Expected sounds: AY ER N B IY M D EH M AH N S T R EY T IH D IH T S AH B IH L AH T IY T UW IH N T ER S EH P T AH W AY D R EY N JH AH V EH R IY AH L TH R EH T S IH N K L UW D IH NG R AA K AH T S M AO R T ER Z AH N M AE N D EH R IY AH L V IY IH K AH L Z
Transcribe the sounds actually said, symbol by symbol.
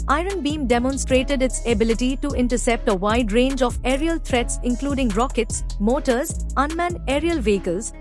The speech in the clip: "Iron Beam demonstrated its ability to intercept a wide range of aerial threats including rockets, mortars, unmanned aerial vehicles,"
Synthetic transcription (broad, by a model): AY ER N B IY M D EH M AH N S T R EY T IH D IH T S AH B IH L AH T IY T UW IH N T ER S EH P T AH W AY D R EY N JH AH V EH R IY AH L T R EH T S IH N K L UW D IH NG R AA K AH T S M AO T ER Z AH N M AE N EH R IY AH L V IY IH K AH L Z